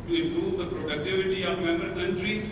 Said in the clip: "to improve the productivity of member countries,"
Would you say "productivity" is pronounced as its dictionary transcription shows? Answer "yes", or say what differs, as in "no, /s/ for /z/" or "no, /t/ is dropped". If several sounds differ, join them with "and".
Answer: yes